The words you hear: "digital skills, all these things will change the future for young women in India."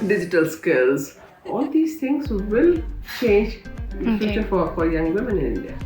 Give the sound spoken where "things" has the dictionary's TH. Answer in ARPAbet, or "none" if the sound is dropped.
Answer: T